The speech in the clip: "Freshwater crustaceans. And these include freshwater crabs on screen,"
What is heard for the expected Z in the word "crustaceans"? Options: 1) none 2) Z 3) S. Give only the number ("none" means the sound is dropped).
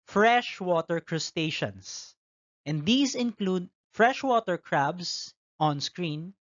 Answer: 3